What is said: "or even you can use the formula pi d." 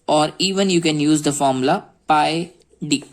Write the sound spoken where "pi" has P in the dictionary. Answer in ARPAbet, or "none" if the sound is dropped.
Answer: P